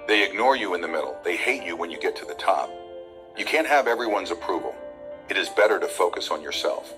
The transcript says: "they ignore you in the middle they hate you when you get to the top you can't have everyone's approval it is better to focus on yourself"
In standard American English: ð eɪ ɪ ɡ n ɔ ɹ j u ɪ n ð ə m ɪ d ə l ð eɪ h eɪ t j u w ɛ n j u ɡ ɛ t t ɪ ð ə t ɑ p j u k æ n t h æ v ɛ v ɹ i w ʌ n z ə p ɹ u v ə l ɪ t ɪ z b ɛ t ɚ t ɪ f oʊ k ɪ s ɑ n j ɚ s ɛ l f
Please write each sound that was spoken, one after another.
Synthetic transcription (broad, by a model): ð eɪ ɪ ɡ n ɔ ɹ j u ɪ n ð ə m ɪ d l ð eɪ h eɪ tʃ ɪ w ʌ n j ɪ ɡ ɛ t t ɪ ð ə t ɑ p j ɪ k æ n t h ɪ v ɛ v ɹ i w ʌ n z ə p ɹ u v l ɪ t ɪ z b ɛ t ɚ t ɪ f oʊ k ɪ s n j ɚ s ɛ l f